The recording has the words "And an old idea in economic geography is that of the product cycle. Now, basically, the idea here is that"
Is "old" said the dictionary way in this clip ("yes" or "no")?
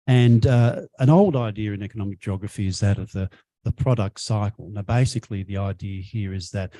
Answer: yes